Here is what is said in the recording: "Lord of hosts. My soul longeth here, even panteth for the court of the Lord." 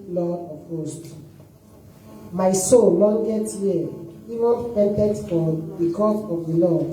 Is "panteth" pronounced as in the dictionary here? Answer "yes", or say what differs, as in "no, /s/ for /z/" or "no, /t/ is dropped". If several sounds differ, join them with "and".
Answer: no, /t/ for /θ/